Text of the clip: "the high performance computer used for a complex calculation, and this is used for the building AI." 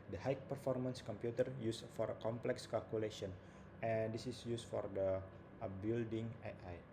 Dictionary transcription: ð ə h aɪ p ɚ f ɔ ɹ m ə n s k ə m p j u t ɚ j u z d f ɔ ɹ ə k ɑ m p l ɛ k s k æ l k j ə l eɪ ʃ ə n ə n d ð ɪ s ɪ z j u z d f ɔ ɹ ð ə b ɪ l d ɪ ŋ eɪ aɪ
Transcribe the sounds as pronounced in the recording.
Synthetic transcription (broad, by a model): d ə h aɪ p ɚ f ɔ ɹ m ə n s k ə m p j u t ɚ j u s f ɔ ɹ ə k ɑ m p l ɛ k s k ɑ l k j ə l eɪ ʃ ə n ə n d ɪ s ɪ s j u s f ɔ ɹ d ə b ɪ l d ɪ ŋ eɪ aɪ